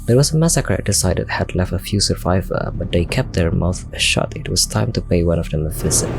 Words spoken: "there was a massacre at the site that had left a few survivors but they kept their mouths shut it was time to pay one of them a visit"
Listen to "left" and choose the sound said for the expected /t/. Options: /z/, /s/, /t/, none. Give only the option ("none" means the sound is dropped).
/t/